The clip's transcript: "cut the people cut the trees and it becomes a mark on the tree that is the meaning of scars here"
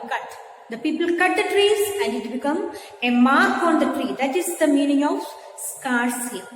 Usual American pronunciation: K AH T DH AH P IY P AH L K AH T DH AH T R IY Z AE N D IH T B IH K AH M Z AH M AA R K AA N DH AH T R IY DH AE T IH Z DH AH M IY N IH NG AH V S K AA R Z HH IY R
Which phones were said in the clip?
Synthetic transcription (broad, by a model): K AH T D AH P IY P AH L K AH T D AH T R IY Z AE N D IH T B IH K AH M AH M AA R K AA N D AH T R IY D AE T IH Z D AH M IY N IH NG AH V S K AA R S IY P